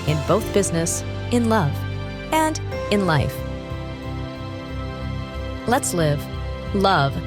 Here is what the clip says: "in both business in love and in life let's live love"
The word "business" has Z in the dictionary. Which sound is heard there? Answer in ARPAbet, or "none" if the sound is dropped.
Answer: Z